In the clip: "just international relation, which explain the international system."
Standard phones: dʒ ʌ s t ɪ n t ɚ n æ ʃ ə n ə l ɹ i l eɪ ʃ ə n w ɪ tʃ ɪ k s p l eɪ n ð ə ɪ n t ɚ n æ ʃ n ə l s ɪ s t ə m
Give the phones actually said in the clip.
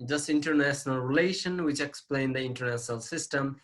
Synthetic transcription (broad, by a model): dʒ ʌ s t ɪ n t ɚ n æ ʃ ə n ə l ɹ i l eɪ ʃ ə n w ɪ tʃ ɪ k s p l eɪ n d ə ɪ n t ɚ n æ ʃ n ə l s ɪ s t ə m